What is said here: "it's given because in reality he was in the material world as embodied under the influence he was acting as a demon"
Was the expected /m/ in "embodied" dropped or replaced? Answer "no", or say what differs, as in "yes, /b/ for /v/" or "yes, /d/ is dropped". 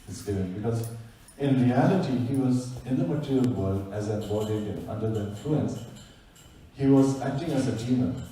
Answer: yes, /m/ is dropped